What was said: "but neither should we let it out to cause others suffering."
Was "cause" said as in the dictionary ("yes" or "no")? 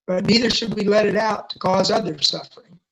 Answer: yes